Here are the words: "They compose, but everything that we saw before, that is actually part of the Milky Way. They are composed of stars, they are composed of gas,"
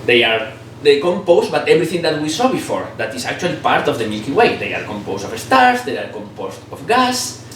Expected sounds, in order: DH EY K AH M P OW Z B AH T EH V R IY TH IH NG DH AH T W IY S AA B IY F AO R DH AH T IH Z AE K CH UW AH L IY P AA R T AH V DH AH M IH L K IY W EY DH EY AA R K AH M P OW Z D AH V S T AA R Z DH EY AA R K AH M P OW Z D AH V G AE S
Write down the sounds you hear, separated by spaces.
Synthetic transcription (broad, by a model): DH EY K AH M P OW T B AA T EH B R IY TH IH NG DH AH T W IY S AA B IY F AO R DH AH T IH S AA K CH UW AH L IY P AA R T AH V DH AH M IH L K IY W EY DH EY AA R K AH M P OW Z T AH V S T AA R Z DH EY AA R K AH M P OW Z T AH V G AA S